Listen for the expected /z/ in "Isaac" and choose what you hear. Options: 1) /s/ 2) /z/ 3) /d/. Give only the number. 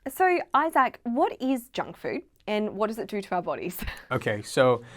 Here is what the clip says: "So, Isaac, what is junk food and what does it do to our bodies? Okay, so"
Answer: 2